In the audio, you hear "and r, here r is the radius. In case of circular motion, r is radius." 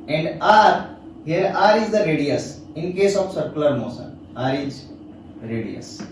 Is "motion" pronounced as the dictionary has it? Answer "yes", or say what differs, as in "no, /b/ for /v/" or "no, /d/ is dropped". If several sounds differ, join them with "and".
no, /s/ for /ʃ/